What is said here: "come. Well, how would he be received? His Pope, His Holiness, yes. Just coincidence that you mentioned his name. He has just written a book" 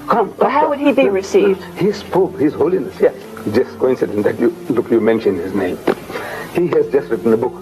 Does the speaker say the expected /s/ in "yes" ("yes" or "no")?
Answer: no